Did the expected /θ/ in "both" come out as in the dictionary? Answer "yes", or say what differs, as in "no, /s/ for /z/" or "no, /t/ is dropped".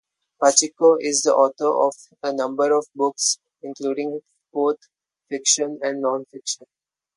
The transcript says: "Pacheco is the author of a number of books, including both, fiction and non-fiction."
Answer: no, /t/ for /θ/